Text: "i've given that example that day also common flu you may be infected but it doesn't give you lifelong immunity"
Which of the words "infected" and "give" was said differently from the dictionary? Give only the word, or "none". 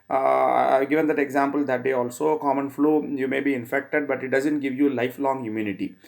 none